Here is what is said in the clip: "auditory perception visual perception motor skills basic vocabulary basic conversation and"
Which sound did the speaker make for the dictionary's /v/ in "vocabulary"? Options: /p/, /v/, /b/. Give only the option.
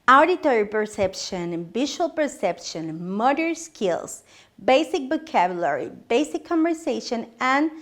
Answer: /b/